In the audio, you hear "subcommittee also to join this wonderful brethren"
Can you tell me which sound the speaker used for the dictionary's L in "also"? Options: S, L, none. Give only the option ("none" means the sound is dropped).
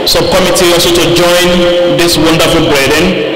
none